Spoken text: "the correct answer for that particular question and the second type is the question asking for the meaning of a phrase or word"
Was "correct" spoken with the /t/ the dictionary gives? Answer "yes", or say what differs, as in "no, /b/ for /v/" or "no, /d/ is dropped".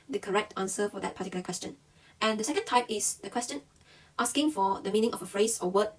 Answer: yes